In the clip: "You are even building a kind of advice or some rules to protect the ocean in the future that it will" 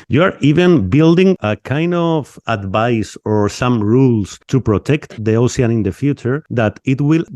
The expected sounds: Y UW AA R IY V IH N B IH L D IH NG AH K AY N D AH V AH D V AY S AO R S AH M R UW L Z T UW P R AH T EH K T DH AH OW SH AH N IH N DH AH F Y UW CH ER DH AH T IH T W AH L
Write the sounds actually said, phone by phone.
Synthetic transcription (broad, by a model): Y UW AA R IY V IH N B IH L D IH NG AH K AY N D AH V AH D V AY S AO R S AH M R UW L S T UW P R AH T EH K T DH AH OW S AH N IH N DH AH F Y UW CH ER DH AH T IH T W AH L